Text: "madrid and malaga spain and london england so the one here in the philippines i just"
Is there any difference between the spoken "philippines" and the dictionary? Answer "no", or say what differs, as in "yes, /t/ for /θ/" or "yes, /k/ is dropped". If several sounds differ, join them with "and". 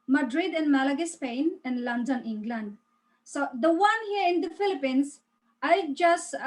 yes, /s/ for /z/